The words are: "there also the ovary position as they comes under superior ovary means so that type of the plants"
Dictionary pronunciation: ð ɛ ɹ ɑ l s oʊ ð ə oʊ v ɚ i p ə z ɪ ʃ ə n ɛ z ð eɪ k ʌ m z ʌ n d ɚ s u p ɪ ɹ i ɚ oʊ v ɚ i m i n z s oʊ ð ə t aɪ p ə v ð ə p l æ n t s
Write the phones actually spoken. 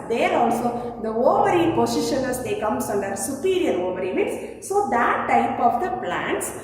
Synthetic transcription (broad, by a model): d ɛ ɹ ɑ l s oʊ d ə oʊ v ɚ i p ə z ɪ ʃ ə n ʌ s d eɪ k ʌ m s ʌ n d ɚ s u p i ɹ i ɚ oʊ v ɚ i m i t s s oʊ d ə t aɪ p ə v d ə p l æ n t s